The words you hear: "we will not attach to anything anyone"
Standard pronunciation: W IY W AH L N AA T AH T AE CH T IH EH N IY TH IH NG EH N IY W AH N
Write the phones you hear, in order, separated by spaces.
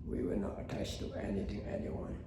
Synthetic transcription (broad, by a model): W IY W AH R N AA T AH T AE S T IH EH N IY TH IH NG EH N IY W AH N